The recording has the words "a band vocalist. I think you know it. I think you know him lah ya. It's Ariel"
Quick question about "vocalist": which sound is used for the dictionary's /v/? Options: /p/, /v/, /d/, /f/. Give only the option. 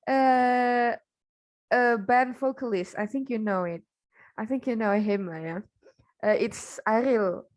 /f/